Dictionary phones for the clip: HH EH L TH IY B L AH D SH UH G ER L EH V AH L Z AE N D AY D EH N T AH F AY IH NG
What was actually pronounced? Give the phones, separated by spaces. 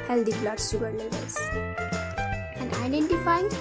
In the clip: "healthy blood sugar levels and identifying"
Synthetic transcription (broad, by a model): HH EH L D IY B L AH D S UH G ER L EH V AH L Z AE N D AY D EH N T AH F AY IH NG